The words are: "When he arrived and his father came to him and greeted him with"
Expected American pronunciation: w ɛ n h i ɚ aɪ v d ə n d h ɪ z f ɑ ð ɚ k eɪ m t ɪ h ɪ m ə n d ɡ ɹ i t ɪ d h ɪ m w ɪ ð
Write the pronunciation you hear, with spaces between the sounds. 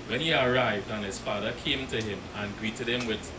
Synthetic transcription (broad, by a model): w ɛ n h i ɚ aɪ v d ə n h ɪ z f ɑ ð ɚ k eɪ m t ɪ h ɪ m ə n ɡ ɹ i t ɪ d h ɪ m w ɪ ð